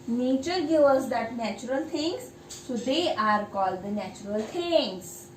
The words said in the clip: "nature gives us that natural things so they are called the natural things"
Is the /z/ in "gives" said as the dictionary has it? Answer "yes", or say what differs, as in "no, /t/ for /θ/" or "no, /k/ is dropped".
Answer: no, /z/ is dropped